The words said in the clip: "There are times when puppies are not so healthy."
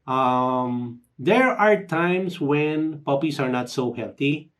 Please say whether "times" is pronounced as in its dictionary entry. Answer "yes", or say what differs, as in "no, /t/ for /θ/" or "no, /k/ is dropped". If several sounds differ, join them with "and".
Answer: no, /s/ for /z/